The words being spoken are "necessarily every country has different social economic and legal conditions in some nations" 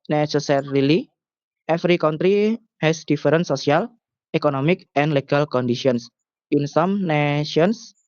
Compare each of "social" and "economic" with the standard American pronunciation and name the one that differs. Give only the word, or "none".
social